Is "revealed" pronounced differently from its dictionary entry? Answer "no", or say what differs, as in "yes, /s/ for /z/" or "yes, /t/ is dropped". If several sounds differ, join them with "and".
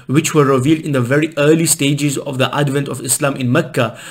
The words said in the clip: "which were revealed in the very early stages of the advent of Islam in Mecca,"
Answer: no